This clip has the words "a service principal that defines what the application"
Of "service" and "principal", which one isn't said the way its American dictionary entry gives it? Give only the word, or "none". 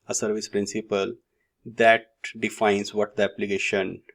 none